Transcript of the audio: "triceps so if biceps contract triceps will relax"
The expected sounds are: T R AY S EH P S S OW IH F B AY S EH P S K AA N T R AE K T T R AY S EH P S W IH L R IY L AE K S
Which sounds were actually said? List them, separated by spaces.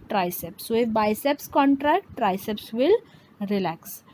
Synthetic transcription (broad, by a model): T R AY S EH P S S OW IH F B AY S EH P S K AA N T R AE K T T R AY S EH P S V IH L R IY L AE K S